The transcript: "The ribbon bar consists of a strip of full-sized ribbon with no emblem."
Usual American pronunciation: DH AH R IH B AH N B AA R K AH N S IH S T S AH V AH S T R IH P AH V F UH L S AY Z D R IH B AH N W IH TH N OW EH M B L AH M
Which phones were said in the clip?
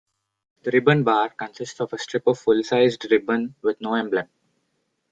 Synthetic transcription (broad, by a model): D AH R IH B AH N B AA R K AH N S IH S T S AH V AH S T R IH P AH V F UH L S AY Z D R IH B AH N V IH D N OW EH M B L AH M